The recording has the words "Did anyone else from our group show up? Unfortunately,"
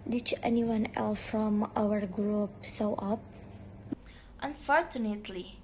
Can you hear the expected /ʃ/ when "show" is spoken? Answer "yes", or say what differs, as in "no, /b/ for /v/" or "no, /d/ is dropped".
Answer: no, /s/ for /ʃ/